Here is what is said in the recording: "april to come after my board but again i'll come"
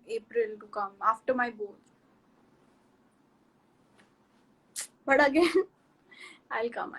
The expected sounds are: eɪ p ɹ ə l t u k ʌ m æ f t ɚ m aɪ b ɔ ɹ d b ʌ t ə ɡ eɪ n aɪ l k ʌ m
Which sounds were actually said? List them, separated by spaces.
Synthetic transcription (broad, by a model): eɪ p ɹ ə l t u k ʌ m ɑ f t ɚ m aɪ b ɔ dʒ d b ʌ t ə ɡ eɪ aɪ l k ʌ m